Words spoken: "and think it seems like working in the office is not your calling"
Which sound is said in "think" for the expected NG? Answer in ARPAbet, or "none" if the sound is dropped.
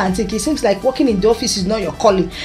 none